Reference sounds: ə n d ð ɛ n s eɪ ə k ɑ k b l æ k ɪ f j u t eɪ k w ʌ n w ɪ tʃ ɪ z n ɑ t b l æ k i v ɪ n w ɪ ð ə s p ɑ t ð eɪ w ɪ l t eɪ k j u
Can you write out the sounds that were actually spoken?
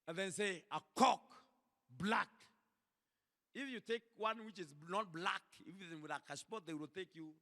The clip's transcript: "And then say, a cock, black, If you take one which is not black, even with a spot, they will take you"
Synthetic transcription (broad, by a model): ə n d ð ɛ n s eɪ ə k ɑ k b l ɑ k ɪ f j u t eɪ k w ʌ n w ɪ tʃ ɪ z n ɑ t b l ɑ k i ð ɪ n w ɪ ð ə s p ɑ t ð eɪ w ɪ l t eɪ k j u